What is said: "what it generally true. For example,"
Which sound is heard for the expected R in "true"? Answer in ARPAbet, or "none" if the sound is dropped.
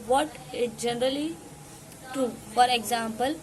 none